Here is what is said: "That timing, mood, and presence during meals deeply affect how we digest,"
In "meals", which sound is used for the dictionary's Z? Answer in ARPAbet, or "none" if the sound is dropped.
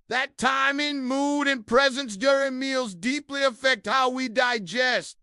Z